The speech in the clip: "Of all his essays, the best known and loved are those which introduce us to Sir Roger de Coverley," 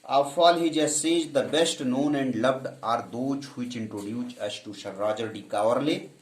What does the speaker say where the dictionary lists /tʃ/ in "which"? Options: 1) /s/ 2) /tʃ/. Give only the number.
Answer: 2